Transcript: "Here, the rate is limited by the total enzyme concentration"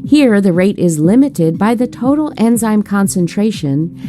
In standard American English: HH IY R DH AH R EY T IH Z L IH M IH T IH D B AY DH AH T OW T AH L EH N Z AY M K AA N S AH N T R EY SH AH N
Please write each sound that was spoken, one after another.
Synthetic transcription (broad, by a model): HH IY R DH AH R EY T IH Z L IH M IH T IH D B AY DH AH T OW T L EH N Z AY M K AA N S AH N T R EY SH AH N